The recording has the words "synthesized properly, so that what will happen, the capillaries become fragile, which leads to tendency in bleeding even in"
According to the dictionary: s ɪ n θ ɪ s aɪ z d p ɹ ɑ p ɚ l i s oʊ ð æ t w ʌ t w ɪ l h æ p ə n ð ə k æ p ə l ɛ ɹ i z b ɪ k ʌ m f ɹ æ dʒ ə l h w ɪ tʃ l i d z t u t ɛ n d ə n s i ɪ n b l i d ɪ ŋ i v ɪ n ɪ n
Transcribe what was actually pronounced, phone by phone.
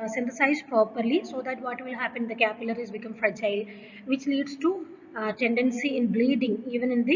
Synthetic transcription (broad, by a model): s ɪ n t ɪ s aɪ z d p ɹ ɑ p ɚ l i s oʊ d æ t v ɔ t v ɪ l h æ p ə n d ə k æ p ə l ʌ ɹ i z b ɪ k ʌ m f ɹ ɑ tʃ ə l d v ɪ tʃ l i d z t u t ɛ n d ə n s i ɪ n b l i d ɪ ŋ i v ɪ n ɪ n